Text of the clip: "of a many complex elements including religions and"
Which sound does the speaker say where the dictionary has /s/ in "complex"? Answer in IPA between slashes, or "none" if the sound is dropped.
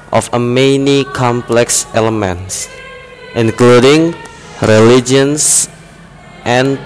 /s/